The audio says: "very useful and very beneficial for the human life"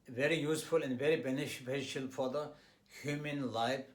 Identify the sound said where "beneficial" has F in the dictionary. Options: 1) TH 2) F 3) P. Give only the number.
3